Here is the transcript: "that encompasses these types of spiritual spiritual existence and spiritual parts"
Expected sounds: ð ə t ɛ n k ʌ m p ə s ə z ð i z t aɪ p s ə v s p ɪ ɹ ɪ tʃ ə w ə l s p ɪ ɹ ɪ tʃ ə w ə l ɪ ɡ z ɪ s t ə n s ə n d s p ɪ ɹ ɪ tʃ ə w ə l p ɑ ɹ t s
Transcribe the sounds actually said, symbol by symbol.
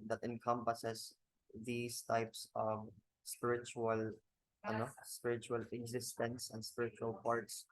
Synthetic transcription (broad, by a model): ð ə t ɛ n k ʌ m p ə s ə s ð i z t aɪ p s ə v s p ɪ ɹ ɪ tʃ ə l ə n s p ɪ ɹ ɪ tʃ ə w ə l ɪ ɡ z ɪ s t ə n s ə n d s p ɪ ɹ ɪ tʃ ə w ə l p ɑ ɹ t s